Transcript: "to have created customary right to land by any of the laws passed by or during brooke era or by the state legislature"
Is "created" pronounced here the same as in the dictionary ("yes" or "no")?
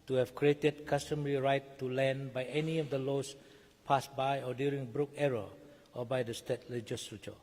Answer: yes